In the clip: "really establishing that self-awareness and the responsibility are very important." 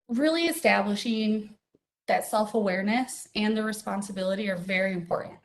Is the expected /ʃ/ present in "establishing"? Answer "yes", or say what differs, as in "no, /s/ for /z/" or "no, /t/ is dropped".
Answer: yes